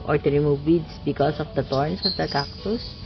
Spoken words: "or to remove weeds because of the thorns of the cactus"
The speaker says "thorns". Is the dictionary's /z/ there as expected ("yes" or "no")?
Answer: no